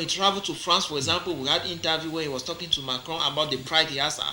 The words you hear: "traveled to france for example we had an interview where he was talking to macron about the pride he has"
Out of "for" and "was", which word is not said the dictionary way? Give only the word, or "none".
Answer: was